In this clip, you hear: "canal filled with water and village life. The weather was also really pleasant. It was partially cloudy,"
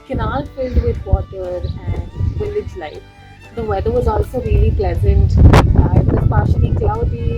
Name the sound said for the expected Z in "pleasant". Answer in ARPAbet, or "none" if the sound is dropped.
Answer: Z